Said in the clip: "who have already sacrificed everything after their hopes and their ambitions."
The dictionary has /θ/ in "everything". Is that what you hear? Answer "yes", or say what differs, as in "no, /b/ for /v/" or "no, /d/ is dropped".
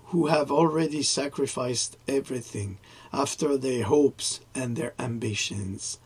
yes